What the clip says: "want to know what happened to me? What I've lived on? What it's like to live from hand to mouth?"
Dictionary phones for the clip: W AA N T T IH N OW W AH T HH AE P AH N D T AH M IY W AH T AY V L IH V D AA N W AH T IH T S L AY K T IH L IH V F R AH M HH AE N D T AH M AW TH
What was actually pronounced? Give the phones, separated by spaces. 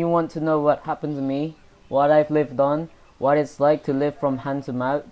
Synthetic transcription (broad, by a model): W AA N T T IH N OW W AH T HH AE P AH N T AH M IY W AH T AY V L IH V D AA N W AH T IH T S L AY K T IH L IH V F R AH M HH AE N T AH M AW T